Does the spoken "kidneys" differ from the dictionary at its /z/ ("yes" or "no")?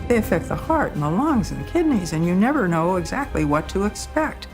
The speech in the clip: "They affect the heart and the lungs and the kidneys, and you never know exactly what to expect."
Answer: no